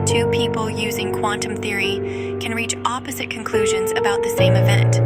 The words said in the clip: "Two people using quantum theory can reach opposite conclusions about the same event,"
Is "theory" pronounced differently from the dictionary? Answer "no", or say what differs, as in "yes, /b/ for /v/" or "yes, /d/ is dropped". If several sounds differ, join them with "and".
no